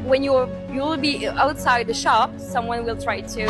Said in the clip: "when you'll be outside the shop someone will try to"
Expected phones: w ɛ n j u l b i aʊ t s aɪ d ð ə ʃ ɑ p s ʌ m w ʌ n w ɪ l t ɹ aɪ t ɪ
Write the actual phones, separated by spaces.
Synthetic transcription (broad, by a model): w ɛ n j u l b i aʊ t s aɪ d ð ə ʃ ɑ p s ʌ m w ʌ n w ɪ l t ɹ aɪ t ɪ